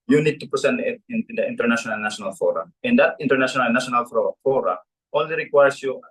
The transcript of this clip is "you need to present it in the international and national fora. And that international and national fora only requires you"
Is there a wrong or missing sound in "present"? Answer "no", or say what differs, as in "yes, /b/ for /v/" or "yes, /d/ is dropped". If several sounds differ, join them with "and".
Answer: yes, /ɹ/ is dropped and /s/ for /z/